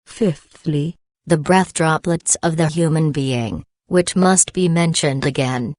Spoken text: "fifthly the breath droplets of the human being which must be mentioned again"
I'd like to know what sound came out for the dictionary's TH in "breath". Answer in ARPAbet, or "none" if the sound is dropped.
TH